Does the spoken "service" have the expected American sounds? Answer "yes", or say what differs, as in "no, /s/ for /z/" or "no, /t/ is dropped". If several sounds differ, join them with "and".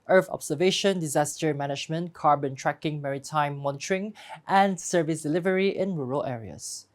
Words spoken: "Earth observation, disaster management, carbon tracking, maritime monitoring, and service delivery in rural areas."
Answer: yes